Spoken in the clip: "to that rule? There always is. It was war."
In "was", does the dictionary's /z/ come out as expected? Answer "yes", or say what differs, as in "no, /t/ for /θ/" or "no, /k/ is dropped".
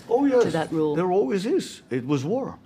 yes